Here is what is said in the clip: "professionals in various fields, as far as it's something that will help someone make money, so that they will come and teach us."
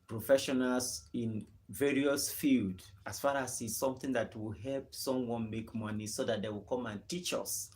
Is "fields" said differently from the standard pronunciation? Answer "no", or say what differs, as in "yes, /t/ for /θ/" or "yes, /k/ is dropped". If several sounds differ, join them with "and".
yes, /z/ is dropped